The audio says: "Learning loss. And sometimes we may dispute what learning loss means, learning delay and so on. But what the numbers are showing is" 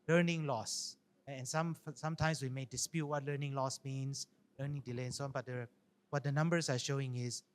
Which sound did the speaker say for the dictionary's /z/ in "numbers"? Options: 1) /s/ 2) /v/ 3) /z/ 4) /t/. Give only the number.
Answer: 1